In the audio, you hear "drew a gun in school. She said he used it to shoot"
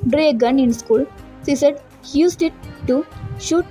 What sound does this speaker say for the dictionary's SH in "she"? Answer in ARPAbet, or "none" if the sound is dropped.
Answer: S